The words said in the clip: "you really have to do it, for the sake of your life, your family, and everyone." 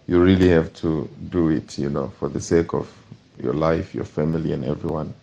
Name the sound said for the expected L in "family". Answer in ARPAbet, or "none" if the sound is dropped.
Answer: L